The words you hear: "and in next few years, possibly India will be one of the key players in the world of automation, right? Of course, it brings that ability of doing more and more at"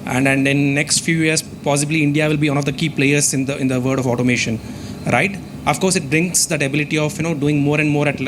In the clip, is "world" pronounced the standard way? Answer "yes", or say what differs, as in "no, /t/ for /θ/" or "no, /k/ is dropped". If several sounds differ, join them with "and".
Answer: no, /l/ is dropped